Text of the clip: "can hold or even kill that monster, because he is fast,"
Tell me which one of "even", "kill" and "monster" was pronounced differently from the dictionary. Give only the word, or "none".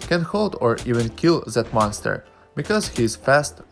none